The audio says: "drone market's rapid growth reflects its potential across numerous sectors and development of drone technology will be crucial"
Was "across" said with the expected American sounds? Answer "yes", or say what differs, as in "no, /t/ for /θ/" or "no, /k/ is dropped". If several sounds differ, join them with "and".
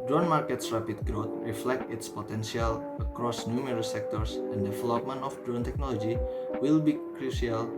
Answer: yes